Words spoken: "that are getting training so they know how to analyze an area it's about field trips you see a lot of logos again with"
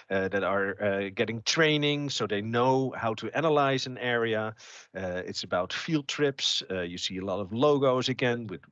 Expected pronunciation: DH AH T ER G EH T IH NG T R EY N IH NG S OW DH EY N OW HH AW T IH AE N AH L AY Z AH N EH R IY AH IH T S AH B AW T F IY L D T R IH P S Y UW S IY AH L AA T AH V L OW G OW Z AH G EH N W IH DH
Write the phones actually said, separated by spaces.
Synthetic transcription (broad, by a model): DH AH T ER G EH T IH NG T R EY N IH NG S OW DH EY N OW HH AW T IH AE N AH L AY Z AH N EH R IY AH IH T S AH B AW T F IY L D T R IH P S Y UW S IY AH L AA T AH V L OW G OW Z AH G EH N W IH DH